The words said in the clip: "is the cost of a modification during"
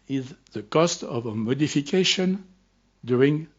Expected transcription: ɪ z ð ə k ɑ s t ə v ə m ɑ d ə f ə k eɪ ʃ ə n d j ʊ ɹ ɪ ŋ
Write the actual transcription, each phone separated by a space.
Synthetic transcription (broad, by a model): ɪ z ð ə k ɑ s t ə v ə m ɑ d ə f ə k eɪ ʃ ə n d j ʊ ɹ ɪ ŋ